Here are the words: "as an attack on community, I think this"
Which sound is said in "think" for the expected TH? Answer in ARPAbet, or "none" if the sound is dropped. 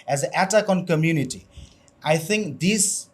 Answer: TH